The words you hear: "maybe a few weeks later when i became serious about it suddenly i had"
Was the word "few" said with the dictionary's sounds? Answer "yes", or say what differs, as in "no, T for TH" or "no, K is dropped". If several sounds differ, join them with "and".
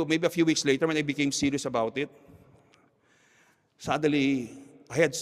yes